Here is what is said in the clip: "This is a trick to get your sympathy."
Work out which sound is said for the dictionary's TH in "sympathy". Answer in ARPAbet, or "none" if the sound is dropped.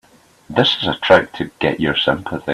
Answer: TH